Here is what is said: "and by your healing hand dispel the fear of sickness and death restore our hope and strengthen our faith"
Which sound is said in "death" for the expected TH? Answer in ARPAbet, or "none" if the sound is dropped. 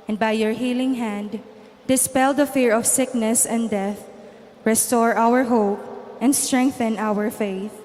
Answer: TH